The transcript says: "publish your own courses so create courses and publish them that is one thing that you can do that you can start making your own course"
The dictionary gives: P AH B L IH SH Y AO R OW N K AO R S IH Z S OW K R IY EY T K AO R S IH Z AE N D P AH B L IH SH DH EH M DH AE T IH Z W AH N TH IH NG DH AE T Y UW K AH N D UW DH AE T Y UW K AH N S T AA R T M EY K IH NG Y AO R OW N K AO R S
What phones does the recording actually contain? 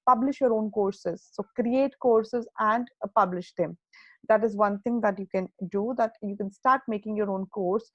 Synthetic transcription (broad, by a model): P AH B L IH SH Y AO R OW N K AO R S IH Z S OW K R IY EY T K AO R S IH Z AE N D P AH B L IH SH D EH M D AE T IH Z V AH N T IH NG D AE T Y UW K AH N D UW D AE T Y UW K AH N S T AA R T M EY K IH NG Y AO R OW N K AO R S